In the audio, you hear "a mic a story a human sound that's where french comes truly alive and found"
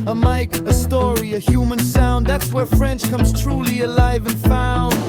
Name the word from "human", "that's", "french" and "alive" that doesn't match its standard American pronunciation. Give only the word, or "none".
none